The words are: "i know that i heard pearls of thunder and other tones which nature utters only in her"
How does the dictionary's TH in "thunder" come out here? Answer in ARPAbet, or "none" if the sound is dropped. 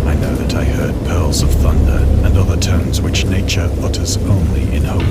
TH